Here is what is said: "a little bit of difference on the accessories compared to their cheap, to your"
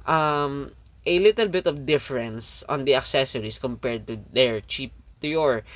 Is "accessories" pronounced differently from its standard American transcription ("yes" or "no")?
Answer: yes